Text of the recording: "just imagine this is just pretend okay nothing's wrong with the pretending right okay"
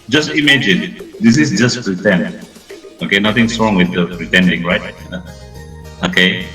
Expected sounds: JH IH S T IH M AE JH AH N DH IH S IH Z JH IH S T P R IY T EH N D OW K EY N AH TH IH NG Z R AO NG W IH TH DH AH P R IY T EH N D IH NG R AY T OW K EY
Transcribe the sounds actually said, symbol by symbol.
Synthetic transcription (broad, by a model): JH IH S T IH M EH JH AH N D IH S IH S JH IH S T P R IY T EH N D OW K EY N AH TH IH NG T R AO NG W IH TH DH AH P R IY T EH N D IH NG R AY T OW K EY